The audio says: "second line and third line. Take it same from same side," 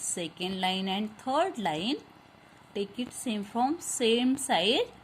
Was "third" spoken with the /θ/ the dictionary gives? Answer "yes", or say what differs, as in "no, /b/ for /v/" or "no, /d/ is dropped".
no, /t/ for /θ/